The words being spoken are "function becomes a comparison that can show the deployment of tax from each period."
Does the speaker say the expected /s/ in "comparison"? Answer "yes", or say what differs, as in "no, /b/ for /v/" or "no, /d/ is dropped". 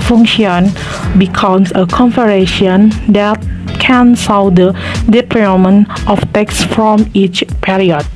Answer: no, /ʃ/ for /s/